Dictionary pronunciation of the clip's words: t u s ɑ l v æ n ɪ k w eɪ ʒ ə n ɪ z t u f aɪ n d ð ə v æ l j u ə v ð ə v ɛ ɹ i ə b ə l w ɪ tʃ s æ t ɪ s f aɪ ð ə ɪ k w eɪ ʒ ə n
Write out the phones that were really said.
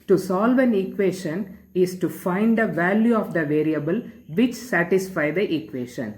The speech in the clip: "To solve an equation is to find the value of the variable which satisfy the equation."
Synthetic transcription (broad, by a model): t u s ɑ l v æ n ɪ k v eɪ ʃ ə n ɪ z t u f aɪ n d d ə v æ l j u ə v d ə v ɛ ɹ i ə b ə l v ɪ tʃ s æ t ɪ s f aɪ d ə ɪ k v eɪ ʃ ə n